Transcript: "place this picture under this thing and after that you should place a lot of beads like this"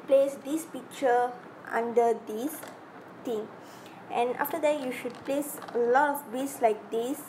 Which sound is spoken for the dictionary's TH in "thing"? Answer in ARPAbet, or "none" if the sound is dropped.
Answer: T